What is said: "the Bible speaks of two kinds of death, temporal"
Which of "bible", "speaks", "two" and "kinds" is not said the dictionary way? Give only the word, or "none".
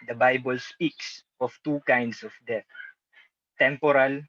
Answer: kinds